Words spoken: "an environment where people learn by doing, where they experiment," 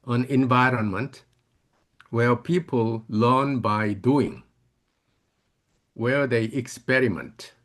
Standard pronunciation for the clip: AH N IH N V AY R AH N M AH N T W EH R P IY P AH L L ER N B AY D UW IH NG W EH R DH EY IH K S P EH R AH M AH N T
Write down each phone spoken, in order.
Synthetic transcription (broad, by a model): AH N IH N V AY R AH N M AH N T W EH R P IY P AH L L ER N B AY D UW IH NG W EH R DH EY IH K S P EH R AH M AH N T